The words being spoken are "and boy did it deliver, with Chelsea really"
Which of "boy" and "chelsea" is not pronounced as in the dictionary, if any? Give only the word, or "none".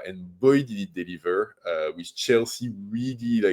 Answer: none